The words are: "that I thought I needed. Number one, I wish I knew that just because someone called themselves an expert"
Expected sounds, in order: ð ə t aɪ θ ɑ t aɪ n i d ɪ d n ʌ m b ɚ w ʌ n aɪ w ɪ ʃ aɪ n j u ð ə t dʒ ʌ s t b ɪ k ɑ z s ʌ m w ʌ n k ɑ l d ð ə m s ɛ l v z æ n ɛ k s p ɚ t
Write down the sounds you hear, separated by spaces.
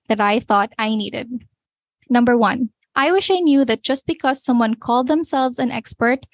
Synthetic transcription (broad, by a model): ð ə t aɪ θ ɑ t aɪ n i d ɪ d n ʌ m b ɚ w ʌ n aɪ w ɪ ʃ aɪ n j u ð ə t dʒ ʌ s t b ɪ k ɑ z s ʌ m w ʌ n k ɑ l d ð ə m s ɛ l v z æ n ɛ k s p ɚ t